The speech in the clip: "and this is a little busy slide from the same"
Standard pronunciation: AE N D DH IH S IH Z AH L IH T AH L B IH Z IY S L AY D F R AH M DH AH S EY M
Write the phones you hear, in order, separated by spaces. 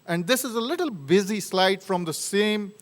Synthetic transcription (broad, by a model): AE N D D IH S IH Z AH L IH T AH L B IH Z IY S L AY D F R AH M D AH S EY M